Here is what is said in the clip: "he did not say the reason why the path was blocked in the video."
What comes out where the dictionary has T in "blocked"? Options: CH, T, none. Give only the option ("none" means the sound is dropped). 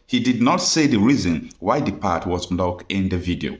none